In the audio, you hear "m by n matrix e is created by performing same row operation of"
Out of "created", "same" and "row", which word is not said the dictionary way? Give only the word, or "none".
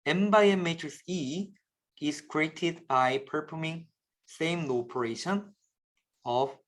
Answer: row